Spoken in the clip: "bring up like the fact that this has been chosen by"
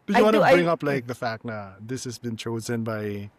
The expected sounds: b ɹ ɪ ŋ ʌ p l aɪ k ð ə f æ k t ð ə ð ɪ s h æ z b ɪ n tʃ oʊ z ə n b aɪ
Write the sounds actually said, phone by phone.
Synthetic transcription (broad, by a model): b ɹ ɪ ŋ ʌ p l aɪ k ð ə f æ k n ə ð ɪ s h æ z b ɪ n tʃ oʊ z ə n b aɪ